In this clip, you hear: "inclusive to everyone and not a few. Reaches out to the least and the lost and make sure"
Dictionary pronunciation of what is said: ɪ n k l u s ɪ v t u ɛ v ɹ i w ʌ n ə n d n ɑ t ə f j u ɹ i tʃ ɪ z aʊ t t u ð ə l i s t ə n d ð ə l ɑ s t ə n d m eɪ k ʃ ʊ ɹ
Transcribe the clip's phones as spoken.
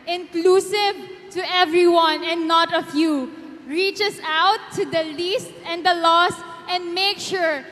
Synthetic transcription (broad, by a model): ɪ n k l u s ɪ v t u ɛ v ɹ i w ʌ n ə n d n ɑ t ə f j u ɹ i tʃ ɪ s aʊ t t u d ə l i s t ə n d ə l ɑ s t ə n d m eɪ k ʃ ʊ ɹ